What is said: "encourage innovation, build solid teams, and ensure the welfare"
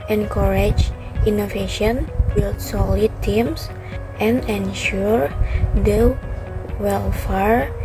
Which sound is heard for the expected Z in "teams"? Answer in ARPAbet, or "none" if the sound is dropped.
S